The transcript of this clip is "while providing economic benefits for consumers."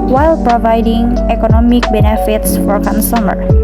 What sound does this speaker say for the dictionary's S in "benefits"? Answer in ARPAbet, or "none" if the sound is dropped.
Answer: S